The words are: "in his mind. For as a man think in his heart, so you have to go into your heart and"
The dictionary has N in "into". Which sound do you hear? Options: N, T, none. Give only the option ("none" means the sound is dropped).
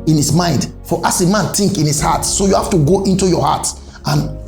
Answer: N